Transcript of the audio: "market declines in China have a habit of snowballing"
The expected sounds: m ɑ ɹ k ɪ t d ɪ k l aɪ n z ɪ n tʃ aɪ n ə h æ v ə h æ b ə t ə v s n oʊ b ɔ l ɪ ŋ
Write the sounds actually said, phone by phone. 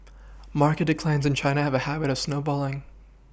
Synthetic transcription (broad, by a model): m ɑ ɹ k ɪ t d ɪ k l aɪ n z ɪ n tʃ aɪ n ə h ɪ v ə h æ b ə t ə v s n oʊ b ɔ l ɪ ŋ